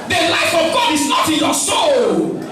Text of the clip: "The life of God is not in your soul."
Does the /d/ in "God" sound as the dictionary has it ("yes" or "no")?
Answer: yes